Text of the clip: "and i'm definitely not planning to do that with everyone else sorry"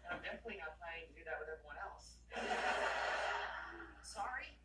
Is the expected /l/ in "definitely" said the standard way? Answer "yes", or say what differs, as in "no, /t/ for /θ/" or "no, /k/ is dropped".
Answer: no, /l/ is dropped